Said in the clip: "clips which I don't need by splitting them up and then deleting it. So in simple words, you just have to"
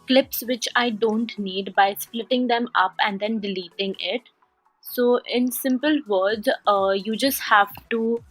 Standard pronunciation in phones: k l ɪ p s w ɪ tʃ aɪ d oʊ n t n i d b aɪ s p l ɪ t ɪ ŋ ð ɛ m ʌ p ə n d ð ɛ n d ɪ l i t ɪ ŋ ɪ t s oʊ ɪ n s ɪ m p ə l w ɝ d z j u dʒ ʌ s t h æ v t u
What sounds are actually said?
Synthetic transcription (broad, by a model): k l ɪ p s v ɪ tʃ aɪ d oʊ n t n i d b aɪ s p l ɪ t ɪ ŋ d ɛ m ʌ p ə n d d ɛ n d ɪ l i t ɪ ŋ ɪ t s oʊ ɪ n s ɪ m p ə l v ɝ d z j u dʒ ʌ s t h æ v t u